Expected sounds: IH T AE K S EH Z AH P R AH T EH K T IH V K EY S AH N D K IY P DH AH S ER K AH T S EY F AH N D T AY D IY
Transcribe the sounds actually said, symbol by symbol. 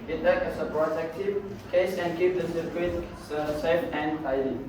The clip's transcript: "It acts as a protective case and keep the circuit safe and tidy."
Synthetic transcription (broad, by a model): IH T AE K EH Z AH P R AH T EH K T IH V K EY S AH N D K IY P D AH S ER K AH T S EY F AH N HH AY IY